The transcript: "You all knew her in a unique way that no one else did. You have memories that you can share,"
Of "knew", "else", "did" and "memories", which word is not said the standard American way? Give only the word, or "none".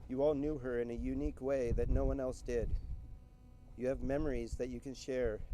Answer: none